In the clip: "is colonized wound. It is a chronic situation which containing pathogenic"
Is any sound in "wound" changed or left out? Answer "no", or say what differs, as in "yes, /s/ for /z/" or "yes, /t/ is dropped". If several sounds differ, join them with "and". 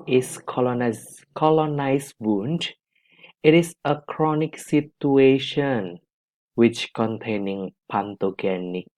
no